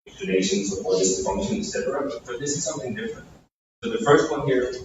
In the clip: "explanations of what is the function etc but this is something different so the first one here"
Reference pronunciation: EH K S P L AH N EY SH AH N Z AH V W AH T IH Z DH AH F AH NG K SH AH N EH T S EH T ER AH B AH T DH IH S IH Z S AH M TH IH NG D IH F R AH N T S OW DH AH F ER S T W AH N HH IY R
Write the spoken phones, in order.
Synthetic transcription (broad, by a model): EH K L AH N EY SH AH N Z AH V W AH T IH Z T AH F AH NG K SH AH N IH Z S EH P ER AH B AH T DH IH S IH Z S AH M TH IH NG D IH F R AH N T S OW DH AH F ER S T W AH N HH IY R